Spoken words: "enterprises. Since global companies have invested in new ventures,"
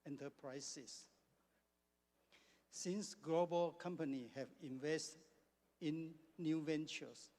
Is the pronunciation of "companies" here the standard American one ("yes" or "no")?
no